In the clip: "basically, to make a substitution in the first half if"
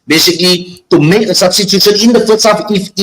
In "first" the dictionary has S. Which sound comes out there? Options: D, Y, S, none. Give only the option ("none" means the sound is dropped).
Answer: none